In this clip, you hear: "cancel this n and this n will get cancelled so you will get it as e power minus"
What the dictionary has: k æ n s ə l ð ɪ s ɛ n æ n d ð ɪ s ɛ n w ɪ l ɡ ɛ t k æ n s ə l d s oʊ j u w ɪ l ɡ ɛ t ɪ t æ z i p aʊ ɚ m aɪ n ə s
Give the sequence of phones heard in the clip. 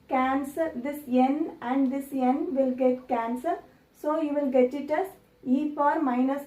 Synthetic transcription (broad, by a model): k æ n s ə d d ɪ s ɛ n æ n d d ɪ s ɛ n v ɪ l ɡ ɛ t k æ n s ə d s oʊ j u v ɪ l ɡ ɛ t ɪ t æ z i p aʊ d m aɪ n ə s